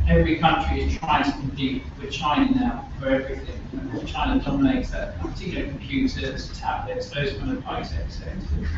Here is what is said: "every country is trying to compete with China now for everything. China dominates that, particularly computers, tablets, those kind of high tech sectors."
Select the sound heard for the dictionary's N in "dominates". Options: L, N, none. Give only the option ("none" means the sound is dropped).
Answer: none